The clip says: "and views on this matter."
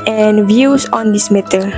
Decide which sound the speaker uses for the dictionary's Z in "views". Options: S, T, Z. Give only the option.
S